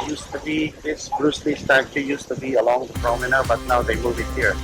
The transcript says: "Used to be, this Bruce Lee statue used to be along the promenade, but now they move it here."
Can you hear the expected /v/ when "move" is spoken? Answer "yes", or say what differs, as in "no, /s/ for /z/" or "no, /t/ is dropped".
no, /b/ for /v/